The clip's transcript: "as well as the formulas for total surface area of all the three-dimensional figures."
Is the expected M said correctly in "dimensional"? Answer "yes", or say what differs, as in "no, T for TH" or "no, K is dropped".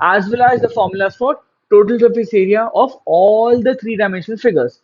no, M is dropped